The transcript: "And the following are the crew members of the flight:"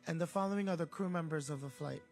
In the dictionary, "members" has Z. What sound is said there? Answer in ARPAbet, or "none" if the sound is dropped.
Z